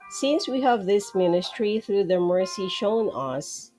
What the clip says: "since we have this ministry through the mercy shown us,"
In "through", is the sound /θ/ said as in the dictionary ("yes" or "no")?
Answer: yes